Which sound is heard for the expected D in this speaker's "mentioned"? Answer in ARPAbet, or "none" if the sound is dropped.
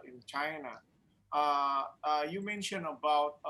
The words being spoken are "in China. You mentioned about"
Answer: none